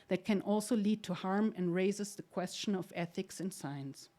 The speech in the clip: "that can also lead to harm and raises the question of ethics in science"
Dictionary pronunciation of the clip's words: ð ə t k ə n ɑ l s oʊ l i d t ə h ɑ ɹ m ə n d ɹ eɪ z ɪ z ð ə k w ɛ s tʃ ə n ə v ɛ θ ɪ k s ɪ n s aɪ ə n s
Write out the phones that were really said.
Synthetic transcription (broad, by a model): ð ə t k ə n ɑ l s oʊ l i d t ə h ɑ ɹ m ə n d ɹ eɪ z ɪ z ð ə k w ɛ s tʃ ə n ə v ɛ θ ɪ k s ɪ n s aɪ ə n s